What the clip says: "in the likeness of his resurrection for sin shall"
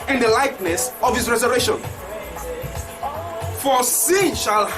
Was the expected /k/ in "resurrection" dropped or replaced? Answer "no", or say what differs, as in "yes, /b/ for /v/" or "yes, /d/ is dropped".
yes, /k/ is dropped